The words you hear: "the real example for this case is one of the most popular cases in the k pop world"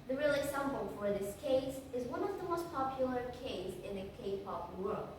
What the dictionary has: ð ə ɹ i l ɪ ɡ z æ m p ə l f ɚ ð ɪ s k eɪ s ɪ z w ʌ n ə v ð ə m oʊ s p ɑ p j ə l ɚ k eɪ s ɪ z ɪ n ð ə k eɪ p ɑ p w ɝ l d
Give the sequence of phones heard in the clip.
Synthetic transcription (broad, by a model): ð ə ɹ i l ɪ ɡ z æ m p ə l f ɚ ð ɪ s k eɪ s ɪ z w ʌ n ə v ð ə m oʊ s p ɑ p j l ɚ k eɪ ɪ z ɪ n ð ə k eɪ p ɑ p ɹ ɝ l